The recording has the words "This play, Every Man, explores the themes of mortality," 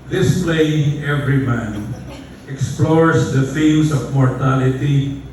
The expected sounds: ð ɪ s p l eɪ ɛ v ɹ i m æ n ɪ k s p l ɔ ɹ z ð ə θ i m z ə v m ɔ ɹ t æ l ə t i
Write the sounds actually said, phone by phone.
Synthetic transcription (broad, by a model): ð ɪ s p l eɪ ɛ v ɹ i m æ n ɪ k s p l ɔ ɹ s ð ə f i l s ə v m ɔ ɹ t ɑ l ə t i